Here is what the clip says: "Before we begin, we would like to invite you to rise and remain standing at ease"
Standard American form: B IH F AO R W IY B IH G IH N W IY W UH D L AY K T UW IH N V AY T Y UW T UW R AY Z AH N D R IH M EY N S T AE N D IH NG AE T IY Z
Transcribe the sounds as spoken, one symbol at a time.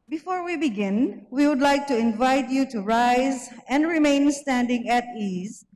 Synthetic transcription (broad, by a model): B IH F AO R W IY B IH G IH N W IY W UH D L AY K T UW IH N V AY T Y UW T UW R AY Z AH N D R IH M EY N S T AE N D IH NG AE T IY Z